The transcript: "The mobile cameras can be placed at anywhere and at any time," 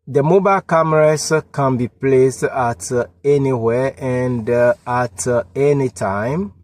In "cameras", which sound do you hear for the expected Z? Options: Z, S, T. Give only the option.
S